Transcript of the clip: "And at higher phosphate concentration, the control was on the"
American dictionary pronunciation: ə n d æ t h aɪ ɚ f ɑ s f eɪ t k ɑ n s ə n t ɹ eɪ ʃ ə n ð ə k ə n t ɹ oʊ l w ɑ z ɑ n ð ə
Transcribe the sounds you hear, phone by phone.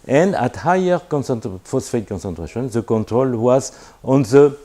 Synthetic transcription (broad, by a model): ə n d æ t h aɪ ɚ f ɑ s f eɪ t k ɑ n s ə n t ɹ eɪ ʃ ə n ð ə k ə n t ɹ oʊ l w ɑ z ɑ n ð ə